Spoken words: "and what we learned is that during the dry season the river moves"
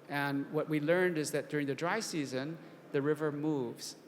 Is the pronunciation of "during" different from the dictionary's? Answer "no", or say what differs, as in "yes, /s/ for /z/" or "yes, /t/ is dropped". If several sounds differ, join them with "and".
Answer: no